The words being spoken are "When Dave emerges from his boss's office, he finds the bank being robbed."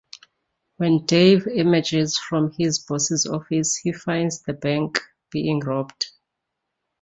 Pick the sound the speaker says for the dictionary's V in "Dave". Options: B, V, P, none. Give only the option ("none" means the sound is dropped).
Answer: V